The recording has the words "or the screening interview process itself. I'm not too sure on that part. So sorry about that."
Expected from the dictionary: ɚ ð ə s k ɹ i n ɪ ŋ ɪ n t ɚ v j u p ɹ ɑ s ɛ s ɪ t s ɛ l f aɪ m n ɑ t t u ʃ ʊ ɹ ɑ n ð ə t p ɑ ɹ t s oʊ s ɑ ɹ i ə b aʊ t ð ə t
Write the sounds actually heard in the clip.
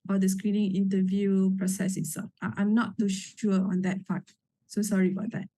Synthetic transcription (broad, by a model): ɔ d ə s k ɹ i n ɪ ŋ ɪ n t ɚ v j u p ɹ ɑ s ɛ s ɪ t s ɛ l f aɪ m n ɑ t t u ʃ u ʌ ɑ n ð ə t f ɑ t s oʊ s ɑ ɹ i ə b aʊ t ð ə t